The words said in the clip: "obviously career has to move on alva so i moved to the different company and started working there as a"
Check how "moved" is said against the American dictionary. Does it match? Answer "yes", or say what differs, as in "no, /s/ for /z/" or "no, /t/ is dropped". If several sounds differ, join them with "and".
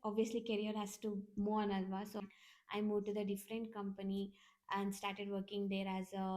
no, /v/ is dropped